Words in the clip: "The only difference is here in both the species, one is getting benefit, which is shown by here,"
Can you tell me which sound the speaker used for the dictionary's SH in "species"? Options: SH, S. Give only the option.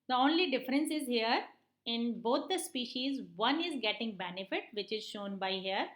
SH